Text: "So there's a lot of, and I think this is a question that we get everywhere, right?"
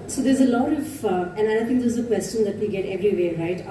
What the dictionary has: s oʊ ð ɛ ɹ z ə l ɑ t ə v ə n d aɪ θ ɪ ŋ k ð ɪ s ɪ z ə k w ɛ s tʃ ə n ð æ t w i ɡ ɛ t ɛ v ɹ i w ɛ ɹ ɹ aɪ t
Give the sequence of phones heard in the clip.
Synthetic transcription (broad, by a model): s oʊ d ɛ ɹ z ə l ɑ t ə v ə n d aɪ t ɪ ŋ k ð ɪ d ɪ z ə k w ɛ s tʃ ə n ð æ t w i ɡ ɛ t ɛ v ɹ i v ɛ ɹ ɹ aɪ t